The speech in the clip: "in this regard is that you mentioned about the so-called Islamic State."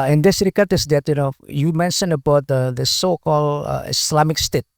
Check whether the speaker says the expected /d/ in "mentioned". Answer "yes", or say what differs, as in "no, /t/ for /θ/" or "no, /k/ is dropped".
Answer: no, /d/ is dropped